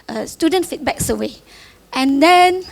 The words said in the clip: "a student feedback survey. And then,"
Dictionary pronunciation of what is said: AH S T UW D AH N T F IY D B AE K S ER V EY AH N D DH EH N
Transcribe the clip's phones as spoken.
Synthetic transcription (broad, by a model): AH S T UW D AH N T F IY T B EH K S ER W EY AH N D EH N